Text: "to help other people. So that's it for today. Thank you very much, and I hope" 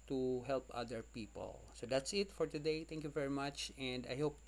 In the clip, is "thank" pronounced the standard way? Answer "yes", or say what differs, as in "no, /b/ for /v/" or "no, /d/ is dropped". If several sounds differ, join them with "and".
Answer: no, /t/ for /θ/